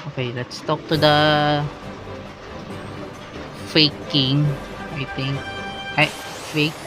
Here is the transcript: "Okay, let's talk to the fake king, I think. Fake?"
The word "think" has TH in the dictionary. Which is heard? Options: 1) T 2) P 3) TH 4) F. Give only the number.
1